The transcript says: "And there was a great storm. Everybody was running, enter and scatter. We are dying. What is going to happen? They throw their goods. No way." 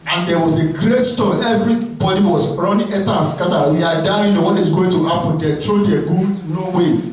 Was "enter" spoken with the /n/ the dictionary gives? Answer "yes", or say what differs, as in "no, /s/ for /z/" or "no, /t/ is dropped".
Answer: no, /n/ is dropped